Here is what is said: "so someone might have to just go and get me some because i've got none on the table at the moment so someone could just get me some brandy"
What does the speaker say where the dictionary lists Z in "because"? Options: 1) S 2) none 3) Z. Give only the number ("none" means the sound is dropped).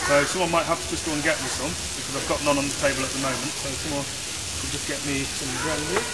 3